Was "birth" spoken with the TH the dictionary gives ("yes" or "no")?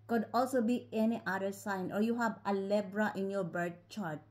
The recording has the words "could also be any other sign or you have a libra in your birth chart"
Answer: no